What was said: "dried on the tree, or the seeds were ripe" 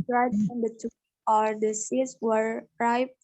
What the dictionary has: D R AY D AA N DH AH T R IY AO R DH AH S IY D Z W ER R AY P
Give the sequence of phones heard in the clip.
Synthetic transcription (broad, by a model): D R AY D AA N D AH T UW AO R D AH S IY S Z W ER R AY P